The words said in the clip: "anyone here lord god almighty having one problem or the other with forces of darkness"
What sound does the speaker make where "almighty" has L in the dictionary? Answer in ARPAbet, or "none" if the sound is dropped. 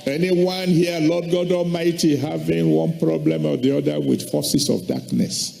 none